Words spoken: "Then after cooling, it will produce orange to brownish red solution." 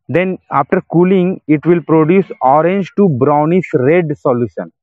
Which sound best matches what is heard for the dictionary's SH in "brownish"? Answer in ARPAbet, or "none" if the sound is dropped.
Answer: S